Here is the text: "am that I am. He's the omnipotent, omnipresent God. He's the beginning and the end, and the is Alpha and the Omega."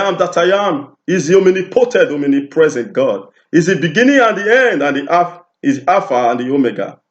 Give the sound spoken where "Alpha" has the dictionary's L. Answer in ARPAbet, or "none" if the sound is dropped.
none